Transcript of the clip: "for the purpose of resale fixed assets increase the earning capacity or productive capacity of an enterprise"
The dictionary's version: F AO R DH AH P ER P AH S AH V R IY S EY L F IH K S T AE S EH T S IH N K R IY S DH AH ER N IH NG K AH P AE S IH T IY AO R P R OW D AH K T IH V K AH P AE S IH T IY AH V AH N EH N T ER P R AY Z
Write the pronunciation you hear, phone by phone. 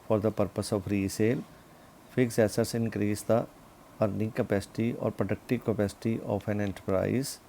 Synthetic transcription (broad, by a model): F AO R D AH P ER P AH S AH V R IY S EY L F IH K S EH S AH T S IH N K R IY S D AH ER N IH NG K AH P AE S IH T IY AO R P R OW D AH K T IH V K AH P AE S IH T IY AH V AH N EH N T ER P R AY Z